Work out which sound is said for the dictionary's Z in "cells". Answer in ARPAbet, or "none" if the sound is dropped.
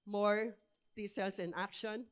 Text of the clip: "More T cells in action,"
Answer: S